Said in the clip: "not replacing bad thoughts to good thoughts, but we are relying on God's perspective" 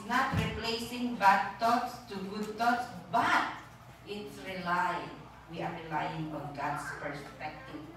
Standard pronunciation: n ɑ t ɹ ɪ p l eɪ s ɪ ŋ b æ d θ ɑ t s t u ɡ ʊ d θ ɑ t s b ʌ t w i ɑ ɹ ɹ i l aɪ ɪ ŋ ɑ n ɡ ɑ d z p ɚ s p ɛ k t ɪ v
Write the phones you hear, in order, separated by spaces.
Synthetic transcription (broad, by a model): n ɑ t ɹ ɪ p l eɪ s ɪ ŋ b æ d t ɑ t s t u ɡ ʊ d t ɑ t s b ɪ t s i ɑ w ɹ i l aɪ ɪ ŋ ɑ n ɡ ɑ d s p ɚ s p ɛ k t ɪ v